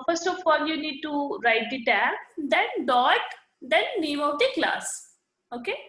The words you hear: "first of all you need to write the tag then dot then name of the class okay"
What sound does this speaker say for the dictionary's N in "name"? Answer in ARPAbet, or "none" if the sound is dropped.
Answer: L